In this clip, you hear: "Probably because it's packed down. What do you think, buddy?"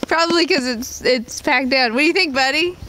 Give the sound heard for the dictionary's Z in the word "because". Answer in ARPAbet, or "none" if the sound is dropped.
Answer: S